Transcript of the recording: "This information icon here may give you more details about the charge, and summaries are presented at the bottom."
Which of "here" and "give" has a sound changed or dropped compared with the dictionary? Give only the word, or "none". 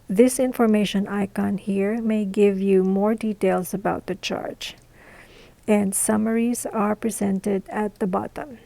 none